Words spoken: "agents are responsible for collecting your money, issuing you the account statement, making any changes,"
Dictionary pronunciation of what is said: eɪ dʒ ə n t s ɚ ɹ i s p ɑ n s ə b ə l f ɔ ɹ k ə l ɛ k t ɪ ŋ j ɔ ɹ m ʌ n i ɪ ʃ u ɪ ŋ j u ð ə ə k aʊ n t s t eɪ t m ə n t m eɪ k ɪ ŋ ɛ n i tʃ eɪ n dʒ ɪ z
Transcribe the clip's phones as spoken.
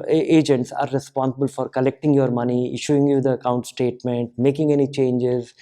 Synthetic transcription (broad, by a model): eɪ dʒ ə n t s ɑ ɹ i s p ɑ n s ə b ə l f ɔ ɹ k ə l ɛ k t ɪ ŋ j ɔ ɹ m ʌ n i ɪ ʃ u ɪ ŋ j u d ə ə k aʊ n t s t eɪ t m ə n t m eɪ k ɪ ŋ ɛ n i tʃ eɪ n dʒ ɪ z